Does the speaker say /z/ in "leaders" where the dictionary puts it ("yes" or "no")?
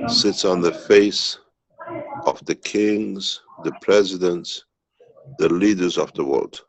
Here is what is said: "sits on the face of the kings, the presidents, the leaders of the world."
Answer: yes